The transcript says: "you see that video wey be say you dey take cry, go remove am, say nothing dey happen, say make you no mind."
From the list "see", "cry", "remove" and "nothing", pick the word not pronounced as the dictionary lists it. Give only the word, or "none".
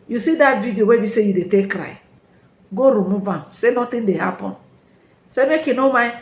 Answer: nothing